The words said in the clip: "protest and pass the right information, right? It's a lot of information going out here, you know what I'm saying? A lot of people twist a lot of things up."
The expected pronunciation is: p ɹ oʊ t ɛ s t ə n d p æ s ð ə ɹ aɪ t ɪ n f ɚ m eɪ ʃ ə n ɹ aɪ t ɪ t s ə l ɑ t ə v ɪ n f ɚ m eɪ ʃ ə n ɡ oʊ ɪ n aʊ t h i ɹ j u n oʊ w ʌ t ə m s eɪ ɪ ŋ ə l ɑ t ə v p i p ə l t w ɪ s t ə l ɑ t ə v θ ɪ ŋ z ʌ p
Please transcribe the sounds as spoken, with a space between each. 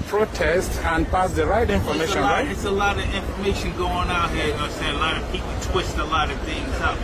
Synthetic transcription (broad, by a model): p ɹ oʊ t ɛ s t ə n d p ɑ s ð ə ɹ aɪ t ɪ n f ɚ m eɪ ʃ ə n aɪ ɪ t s ə l ɑ t ə v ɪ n f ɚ m eɪ ʃ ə n ɡ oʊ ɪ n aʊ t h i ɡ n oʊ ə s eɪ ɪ ə l ɑ t ə v p i p l t w ɪ s t ə l ɑ t ə v θ ɪ ŋ z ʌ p